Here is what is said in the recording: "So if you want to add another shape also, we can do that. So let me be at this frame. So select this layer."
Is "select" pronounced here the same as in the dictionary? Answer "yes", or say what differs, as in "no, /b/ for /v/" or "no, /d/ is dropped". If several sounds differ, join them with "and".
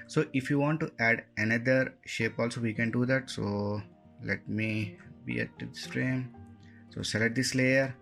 no, /k/ is dropped